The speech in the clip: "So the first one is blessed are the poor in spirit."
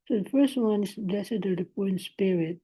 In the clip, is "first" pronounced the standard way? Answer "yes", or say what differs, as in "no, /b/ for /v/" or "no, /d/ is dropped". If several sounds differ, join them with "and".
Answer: yes